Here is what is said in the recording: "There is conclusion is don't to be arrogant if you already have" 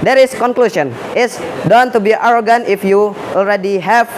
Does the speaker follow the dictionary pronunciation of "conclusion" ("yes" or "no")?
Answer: no